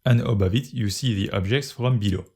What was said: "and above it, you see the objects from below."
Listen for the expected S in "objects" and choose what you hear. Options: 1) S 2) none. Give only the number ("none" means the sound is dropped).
1